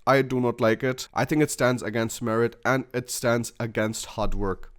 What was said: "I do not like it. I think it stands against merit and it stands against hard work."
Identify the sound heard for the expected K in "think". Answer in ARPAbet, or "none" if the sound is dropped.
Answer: K